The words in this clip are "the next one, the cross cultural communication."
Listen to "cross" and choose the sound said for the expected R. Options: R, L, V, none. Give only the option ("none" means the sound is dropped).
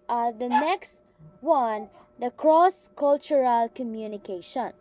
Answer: R